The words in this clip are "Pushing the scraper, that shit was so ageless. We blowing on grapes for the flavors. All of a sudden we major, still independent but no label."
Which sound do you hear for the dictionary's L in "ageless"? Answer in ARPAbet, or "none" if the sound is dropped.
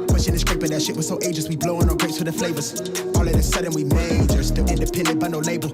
none